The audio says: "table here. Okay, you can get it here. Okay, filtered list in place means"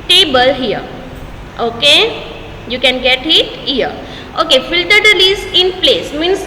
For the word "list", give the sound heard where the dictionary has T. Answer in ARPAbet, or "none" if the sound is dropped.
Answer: none